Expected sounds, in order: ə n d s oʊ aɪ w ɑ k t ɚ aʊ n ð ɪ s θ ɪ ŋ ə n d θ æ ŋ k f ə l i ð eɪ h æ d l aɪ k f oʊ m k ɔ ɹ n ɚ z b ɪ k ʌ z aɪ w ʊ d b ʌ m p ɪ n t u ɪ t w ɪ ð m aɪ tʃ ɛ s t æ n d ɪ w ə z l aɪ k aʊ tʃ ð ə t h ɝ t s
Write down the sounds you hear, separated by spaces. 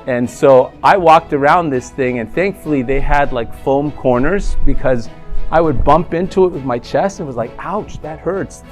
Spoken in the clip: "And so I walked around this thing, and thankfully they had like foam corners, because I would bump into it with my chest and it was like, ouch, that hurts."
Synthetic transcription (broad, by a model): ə n s oʊ aɪ w ɑ k t ɚ aʊ n ð ɪ s θ ɪ ŋ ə n θ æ ŋ k f l i ð eɪ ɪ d l aɪ k f oʊ m k ɔ ɹ n ɚ z b ɪ k ʌ z aɪ w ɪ d b ʌ m p ɪ n t u ɪ t w ɪ ð m aɪ tʃ ɛ s t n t w ə z l aɪ k aʊ tʃ ð ə t h ɝ t s